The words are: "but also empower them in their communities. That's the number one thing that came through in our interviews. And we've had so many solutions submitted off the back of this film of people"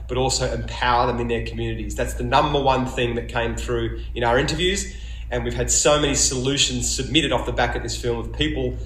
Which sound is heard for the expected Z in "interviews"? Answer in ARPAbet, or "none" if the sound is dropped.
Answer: Z